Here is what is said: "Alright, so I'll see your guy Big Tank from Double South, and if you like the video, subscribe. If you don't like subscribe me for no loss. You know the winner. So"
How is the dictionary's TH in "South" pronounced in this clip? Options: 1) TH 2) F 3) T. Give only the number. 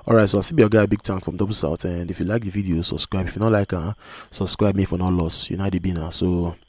3